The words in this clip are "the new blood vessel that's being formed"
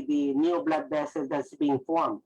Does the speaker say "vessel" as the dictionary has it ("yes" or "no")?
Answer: no